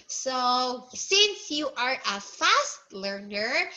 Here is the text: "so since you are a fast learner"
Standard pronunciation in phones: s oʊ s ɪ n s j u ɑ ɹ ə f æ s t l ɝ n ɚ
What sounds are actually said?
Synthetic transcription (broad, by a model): s oʊ s ɪ n s j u ɑ ɹ ə f æ s t l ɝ n ɚ